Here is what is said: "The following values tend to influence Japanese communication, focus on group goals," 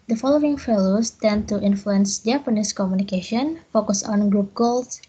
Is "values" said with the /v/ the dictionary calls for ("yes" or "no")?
no